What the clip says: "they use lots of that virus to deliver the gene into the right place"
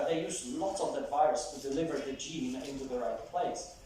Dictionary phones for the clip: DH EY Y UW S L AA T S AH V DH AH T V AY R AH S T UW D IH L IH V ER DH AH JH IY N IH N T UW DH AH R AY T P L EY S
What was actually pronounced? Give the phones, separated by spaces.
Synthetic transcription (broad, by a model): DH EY Y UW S N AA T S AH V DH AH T V AY R AH S T UW D IH L IH V ER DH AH JH IY N IH N T UW DH AH R AY T P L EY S